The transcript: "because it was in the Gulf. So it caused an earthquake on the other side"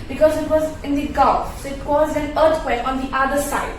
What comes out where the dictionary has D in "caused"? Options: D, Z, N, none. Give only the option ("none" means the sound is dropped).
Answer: none